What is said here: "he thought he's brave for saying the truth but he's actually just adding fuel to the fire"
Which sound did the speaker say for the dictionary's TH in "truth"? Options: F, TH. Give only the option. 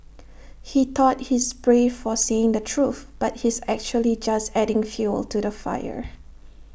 TH